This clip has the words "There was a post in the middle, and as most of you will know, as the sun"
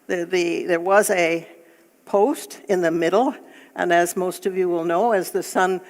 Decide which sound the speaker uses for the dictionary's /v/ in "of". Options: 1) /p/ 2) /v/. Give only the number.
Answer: 2